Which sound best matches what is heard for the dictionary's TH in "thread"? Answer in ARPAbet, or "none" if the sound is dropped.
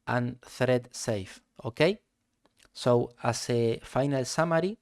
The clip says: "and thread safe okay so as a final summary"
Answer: TH